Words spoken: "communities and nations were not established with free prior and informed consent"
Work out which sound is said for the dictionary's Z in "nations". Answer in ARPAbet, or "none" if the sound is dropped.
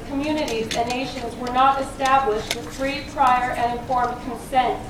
Z